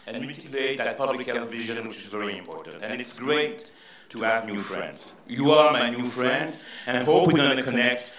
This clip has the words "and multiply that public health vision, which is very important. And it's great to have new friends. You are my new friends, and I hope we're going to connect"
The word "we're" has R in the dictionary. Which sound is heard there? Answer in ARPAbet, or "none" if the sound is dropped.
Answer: W